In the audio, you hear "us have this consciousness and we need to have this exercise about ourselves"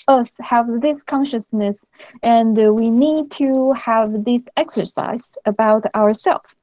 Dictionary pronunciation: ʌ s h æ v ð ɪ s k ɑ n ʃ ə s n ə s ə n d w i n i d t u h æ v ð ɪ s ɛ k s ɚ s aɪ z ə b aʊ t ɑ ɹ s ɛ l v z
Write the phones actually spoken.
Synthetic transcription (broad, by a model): ʌ s h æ v ð ɪ s k ɑ n ʃ ə s n ə s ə n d w i n i d t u h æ v ð ɪ s ɛ k s ɚ s aɪ z ə b aʊ t ɑ ɹ s ɛ l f